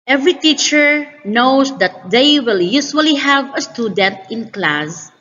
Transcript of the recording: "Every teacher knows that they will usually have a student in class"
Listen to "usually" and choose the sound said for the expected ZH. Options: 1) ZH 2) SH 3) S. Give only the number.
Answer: 3